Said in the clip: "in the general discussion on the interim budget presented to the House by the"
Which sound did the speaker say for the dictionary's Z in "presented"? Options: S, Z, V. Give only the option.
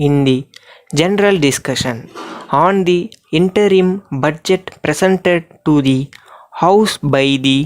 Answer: S